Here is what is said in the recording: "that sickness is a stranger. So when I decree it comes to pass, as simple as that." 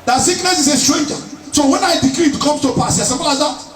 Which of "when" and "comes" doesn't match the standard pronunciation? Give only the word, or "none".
comes